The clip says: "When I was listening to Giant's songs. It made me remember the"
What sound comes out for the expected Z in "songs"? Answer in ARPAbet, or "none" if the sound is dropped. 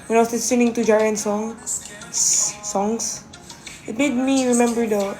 S